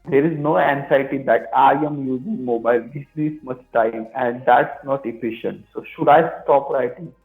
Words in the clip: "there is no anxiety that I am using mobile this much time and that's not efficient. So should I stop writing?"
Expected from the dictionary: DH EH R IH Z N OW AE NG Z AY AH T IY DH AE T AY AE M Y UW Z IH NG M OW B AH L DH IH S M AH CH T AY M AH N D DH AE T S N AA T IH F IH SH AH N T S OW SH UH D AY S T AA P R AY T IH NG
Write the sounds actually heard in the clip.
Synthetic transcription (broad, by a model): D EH R IH Z N OW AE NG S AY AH T IY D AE T AY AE M Y UW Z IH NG M OW B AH L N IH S M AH S T AY M AH N D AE T S N AA T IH F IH SH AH N T S OW SH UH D AY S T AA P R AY T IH